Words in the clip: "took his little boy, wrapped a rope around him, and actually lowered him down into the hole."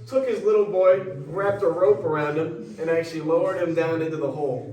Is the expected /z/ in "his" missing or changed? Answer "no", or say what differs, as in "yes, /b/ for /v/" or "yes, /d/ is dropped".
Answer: no